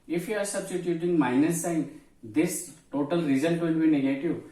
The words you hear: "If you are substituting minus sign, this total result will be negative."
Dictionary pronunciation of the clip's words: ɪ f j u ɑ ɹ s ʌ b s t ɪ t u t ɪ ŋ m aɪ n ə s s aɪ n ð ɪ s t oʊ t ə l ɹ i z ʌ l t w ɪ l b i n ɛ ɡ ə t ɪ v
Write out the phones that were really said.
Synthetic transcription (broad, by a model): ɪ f j u ɑ ɹ s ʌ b s t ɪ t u t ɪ ŋ m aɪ n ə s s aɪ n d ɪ s t oʊ t ə l ɹ i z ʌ n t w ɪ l b i n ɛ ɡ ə t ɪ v